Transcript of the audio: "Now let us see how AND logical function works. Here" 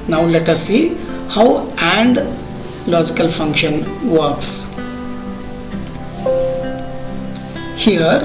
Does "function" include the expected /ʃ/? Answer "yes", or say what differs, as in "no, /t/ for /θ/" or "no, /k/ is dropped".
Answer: yes